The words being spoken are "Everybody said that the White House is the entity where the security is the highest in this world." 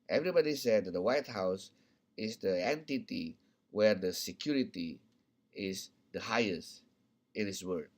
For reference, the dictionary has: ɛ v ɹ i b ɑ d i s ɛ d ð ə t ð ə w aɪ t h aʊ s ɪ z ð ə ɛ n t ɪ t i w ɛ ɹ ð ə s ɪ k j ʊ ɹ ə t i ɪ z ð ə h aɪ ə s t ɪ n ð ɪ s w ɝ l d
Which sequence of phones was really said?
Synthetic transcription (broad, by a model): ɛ v ɹ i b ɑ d i s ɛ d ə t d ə w aɪ t h aʊ s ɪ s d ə ɛ n t ɪ t i w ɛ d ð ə s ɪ k j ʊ ɹ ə t i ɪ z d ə h aɪ ə s t ɪ n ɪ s w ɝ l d